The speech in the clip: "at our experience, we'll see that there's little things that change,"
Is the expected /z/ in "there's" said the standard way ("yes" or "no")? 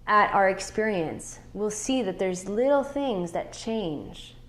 yes